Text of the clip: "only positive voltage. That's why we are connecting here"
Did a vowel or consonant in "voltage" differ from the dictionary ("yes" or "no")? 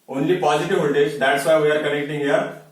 yes